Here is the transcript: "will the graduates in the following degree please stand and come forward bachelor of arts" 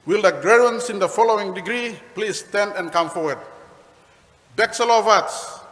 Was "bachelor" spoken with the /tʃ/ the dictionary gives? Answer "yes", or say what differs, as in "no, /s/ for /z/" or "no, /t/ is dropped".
no, /s/ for /tʃ/